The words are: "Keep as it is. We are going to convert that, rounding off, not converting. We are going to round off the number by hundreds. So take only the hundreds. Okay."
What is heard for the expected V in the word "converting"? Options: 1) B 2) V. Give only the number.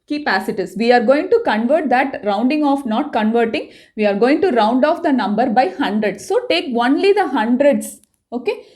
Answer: 2